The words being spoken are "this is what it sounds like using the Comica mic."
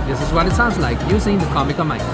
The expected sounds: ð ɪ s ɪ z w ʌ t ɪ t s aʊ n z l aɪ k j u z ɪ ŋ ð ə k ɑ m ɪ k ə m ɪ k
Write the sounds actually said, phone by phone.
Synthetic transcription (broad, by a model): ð ɪ s ɪ z w ʌ t ɪ t s aʊ n z l aɪ k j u s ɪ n ð ə k ɑ m ɪ k ə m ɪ